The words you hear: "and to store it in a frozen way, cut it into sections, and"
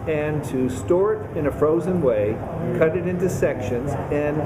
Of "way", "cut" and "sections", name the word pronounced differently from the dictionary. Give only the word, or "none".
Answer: none